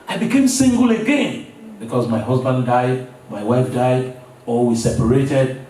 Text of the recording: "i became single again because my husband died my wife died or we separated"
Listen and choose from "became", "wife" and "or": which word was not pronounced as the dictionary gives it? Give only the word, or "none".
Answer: or